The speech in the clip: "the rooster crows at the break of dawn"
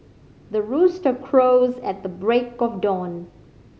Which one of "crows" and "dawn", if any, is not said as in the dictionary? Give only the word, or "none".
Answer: none